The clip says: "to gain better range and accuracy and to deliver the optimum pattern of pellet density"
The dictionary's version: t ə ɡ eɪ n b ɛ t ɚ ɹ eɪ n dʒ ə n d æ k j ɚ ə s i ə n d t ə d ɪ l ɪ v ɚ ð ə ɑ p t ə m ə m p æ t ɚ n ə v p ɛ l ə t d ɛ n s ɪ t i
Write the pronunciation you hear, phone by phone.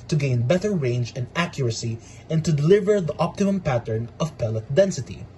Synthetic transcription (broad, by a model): t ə ɡ eɪ n b ɛ t ɚ ɹ eɪ n dʒ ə n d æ k j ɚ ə s i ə n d t ə d ɪ l ɪ v ɚ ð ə ɑ p t ə m ə m p æ t ɚ n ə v p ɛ l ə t d ɛ n s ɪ t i